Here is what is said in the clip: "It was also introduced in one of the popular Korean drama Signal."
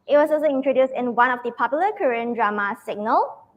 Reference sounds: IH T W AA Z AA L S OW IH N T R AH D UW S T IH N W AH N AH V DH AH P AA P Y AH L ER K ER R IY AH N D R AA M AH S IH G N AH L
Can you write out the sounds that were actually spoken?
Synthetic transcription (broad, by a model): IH T W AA S AA L S OW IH N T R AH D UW S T IH N W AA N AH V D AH P AA P Y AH L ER K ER R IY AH N D R AA M AH S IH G N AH L